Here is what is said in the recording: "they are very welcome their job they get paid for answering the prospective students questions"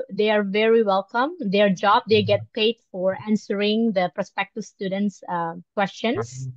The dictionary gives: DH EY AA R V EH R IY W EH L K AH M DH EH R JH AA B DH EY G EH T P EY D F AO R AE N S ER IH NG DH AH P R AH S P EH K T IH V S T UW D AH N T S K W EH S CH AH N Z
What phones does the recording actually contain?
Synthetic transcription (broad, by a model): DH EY AA R V EH R IY W EH L K AH M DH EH R JH AA B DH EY G EH T P EY D F AO R AE N S ER IH NG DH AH P R AH S P EH K T IH V S T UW D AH N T S K W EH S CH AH N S